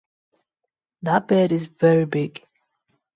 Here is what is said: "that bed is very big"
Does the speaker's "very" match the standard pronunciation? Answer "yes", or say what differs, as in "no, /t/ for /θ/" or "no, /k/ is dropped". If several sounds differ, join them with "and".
yes